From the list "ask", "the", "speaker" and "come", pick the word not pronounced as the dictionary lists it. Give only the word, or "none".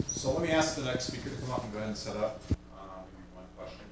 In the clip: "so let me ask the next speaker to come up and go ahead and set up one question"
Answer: none